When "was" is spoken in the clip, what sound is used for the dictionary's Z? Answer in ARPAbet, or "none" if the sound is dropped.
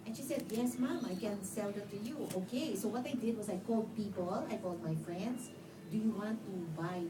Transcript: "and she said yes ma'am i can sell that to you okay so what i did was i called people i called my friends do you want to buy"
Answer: S